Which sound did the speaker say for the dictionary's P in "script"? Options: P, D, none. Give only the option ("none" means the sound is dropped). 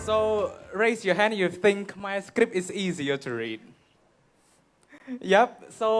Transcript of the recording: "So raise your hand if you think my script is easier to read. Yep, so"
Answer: P